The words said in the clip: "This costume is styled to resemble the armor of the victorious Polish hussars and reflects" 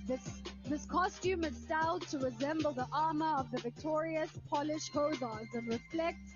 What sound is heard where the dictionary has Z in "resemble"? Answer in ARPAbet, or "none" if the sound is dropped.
Z